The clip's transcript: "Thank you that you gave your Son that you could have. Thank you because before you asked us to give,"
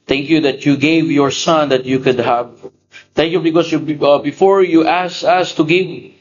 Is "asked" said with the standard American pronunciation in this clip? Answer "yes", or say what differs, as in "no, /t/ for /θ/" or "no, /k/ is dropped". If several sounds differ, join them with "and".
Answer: no, /t/ is dropped